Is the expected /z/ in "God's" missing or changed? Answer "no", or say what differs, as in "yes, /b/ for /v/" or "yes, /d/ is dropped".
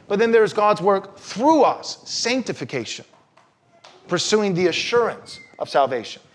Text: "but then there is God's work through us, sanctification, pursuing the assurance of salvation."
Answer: no